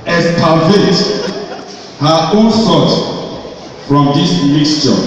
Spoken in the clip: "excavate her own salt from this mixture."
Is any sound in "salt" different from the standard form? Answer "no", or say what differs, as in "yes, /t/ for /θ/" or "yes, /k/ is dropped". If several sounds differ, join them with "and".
yes, /l/ is dropped